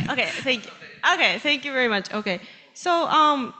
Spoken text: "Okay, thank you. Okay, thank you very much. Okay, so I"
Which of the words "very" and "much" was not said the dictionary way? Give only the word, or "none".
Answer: none